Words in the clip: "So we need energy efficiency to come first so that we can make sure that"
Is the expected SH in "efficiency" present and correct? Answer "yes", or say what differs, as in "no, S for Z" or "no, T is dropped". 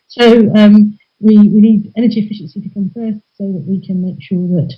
yes